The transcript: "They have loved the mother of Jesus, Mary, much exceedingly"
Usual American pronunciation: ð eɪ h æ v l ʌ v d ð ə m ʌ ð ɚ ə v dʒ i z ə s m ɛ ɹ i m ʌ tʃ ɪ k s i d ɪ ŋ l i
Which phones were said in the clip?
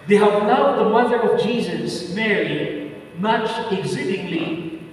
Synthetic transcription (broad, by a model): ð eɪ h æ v n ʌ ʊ ð ə m ʌ ð ɚ ə v dʒ i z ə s m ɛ ɹ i m ʌ tʃ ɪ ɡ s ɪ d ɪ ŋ l i